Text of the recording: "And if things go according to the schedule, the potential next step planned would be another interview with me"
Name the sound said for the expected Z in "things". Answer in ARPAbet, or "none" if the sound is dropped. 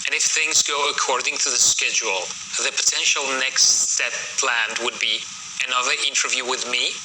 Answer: Z